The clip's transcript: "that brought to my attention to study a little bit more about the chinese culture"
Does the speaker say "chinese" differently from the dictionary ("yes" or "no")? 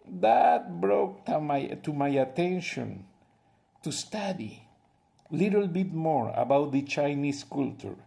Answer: yes